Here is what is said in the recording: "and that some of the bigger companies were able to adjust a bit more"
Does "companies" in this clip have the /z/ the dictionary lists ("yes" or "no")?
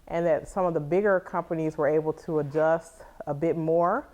yes